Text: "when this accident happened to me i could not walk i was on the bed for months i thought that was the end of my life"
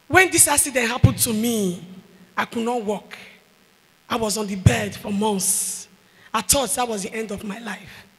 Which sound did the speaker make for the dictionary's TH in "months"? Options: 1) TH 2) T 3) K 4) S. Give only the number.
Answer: 4